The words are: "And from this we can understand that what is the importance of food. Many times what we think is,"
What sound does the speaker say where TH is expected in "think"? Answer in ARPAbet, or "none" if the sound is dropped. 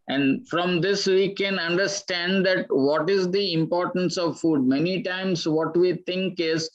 T